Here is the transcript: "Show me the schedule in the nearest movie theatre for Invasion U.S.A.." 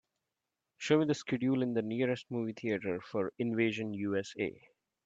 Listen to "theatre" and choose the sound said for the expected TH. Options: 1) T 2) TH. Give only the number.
1